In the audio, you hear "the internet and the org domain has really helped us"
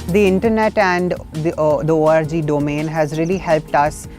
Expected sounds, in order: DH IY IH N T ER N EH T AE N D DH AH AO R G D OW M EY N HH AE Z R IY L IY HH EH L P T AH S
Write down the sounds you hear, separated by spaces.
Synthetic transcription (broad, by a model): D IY IH N T ER N EH T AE N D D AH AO R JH D OW M EY N HH AE Z R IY L IY HH EH L P T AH S